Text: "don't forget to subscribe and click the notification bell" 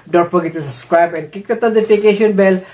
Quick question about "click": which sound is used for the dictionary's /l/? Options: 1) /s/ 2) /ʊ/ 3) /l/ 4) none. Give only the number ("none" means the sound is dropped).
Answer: 4